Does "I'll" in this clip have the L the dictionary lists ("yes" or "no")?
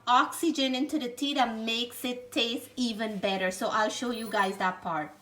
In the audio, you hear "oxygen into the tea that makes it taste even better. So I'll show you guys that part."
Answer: yes